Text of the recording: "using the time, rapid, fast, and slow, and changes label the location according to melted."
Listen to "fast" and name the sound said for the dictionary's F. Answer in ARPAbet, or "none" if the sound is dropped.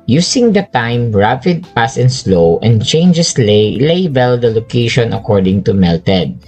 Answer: P